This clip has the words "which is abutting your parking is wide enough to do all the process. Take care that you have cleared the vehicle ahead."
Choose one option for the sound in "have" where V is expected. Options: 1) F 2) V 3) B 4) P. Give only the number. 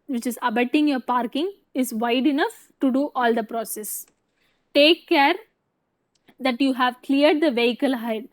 2